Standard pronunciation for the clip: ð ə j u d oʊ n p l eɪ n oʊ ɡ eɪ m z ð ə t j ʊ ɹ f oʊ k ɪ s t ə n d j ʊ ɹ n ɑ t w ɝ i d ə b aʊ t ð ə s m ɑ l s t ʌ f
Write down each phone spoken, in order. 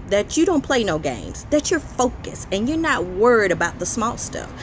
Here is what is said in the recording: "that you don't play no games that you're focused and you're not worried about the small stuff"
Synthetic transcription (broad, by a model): ð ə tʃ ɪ d oʊ n p l eɪ n oʊ ɡ eɪ m z ð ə t j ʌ ɹ f oʊ k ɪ s ə n j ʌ ɹ n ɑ t w ɝ i d ə b aʊ t ð ə s m ɑ l s t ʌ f